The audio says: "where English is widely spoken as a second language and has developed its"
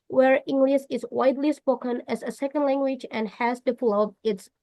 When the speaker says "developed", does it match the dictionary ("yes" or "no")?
no